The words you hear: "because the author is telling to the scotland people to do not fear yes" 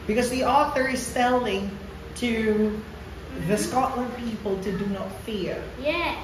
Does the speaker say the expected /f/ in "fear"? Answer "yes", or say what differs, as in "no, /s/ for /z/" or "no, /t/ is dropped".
yes